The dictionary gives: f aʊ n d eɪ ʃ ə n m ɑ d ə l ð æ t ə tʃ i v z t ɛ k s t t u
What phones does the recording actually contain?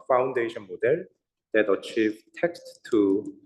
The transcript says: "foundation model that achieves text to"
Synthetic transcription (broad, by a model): f aʊ n d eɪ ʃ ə n m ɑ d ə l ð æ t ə tʃ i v t ɛ k s t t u